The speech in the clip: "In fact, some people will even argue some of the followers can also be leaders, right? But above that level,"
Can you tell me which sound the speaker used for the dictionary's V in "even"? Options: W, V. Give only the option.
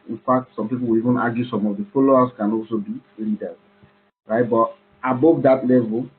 V